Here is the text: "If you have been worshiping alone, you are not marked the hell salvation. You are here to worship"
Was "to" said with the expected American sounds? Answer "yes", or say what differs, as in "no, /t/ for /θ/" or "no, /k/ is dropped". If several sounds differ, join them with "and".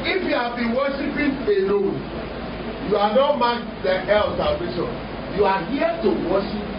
yes